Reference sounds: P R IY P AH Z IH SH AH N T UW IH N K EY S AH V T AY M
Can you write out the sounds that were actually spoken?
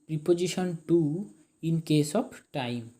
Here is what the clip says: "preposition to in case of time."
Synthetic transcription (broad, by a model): P R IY P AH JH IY SH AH N T UW IH N K EY S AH B T AY M